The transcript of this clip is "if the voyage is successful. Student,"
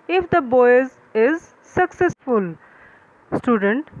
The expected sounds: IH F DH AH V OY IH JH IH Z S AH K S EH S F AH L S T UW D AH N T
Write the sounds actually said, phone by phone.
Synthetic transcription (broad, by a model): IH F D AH B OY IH Z IH Z S AH K S EH S F AH L S T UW D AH N T